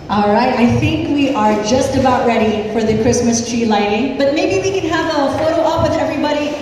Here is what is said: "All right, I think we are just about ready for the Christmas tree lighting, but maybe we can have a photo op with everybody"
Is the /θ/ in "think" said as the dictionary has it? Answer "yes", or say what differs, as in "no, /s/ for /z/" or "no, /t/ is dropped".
yes